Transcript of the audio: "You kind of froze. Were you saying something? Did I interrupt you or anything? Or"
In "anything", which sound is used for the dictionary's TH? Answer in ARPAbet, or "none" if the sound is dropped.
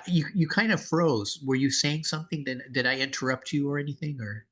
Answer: TH